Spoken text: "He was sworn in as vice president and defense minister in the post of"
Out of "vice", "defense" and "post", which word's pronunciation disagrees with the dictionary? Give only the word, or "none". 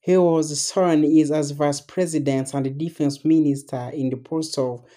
post